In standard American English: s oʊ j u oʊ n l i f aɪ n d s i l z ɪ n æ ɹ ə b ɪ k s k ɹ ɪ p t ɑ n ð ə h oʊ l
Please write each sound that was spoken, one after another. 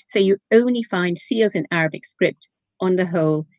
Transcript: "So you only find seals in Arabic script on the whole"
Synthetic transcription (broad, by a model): s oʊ j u oʊ n l i f aɪ n d s i l z ɪ n æ ɹ ə b ɪ k s k ɹ ɪ p t n ð ə h oʊ l